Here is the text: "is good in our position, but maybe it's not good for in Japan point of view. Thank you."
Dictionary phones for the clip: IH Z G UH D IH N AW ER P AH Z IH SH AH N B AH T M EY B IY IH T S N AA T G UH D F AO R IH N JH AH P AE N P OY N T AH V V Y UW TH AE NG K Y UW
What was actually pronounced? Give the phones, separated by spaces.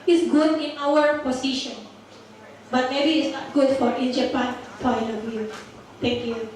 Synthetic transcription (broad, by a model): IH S G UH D IH N AW ER P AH S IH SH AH N B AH T M EY B IY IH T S N AA T G UH D F AO R IH N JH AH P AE N F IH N AH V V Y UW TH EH NG K Y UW